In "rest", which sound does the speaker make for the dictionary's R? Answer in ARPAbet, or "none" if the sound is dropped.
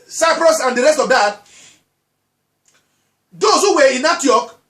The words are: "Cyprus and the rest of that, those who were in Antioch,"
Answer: R